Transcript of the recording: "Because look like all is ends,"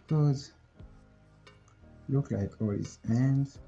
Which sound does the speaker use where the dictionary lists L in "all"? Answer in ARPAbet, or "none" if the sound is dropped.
L